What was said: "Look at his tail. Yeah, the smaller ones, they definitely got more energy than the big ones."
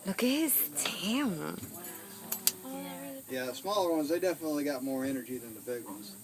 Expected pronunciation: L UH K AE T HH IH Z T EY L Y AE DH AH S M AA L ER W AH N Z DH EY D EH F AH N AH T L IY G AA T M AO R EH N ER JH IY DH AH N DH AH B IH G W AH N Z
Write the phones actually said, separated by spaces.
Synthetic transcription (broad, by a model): L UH K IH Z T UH N Y AE S M AA L ER W AH N Z DH EY D EH F AH N AH T L IY G AA T M AO R EH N ER JH IY DH AH N DH AH B IH G W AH N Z